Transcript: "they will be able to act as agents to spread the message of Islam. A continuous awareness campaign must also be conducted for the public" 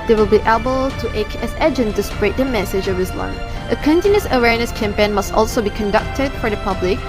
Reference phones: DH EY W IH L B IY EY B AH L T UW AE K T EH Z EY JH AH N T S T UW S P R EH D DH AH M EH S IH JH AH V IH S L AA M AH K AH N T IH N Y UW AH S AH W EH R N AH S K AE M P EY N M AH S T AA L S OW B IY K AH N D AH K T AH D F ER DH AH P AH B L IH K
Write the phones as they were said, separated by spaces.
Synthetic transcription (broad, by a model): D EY W IH L B IY EY B AH L T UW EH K EH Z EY JH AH N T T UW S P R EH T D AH M EH S IH JH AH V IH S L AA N AH K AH N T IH N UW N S AH W EH R N AH S K AE M P EY N M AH S T AA L S OW B IY K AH N D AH K T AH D F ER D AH P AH B L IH K